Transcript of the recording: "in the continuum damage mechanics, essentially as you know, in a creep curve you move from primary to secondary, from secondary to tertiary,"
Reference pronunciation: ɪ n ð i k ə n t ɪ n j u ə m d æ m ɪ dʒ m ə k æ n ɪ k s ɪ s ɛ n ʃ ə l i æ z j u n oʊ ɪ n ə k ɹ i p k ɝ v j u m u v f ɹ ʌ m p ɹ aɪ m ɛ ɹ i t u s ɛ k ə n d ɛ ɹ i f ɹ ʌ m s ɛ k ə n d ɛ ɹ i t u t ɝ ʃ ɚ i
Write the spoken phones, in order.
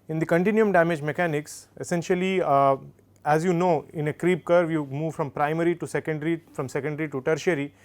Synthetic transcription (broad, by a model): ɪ n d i k ə n t ɪ n j u ə m d æ m ɪ dʒ m ə k æ n ɪ k s ɪ s ɛ n ʃ ə l i æ z j u n oʊ ɪ n ə k ɹ i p k ɝ v j u m u v f ɹ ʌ m p ɹ aɪ m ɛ ɹ i t u s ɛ k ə n d ɹ i f ɹ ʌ m s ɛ k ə n d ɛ ɹ i t u t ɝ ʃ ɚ i